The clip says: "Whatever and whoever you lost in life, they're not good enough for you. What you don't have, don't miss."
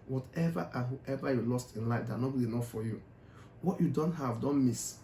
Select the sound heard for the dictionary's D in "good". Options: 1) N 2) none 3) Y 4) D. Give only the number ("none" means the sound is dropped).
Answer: 2